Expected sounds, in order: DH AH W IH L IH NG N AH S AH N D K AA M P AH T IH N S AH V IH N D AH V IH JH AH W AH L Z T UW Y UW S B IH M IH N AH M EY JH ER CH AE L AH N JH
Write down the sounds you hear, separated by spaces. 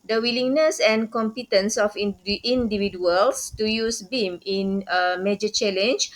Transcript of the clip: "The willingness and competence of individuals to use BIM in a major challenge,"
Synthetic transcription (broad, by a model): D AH W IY L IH NG N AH S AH N K AA M P AH T IH N S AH F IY N D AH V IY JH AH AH L S T UW Y UW S B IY M IH N AH M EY JH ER CH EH L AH N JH